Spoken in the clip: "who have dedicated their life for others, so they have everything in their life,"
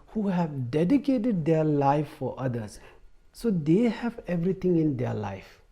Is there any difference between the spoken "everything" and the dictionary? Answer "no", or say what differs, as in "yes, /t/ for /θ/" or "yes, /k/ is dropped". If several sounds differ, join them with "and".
yes, /t/ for /θ/